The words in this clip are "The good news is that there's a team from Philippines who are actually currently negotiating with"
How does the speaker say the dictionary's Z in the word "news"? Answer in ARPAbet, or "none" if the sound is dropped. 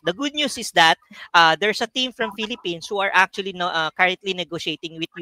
S